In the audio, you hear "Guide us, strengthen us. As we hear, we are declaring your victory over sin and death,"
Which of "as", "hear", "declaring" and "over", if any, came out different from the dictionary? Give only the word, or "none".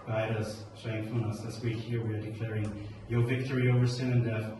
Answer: as